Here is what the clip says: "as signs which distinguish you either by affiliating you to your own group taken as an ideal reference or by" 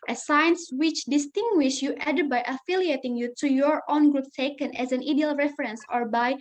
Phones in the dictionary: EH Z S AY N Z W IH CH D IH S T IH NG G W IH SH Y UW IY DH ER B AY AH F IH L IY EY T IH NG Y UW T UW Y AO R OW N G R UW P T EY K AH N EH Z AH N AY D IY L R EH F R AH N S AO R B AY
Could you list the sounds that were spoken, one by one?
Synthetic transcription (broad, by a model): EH S AY N S W IH CH D IH S T IH NG G W IH SH Y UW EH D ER B AY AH F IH L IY EY T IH NG Y UW T UW Y AO R OW N G R UW P T EY K AH N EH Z AH N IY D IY L R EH F R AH N S AO R B AY